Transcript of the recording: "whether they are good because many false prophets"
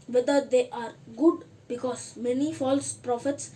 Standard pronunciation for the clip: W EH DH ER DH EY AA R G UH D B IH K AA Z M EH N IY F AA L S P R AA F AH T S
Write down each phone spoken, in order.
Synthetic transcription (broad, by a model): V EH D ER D EY AA R G UH D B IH K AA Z M EH N IY F AA L S P R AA F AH T S